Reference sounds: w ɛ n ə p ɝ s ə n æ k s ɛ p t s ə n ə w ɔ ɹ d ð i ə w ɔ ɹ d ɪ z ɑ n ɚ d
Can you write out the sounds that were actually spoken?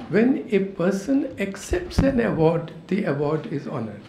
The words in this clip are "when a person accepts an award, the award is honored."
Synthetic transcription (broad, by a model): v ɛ n ə p ɝ s ə n æ k s ɛ p t s ə n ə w ɔ ɹ d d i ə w ɔ ɹ d ɪ z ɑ n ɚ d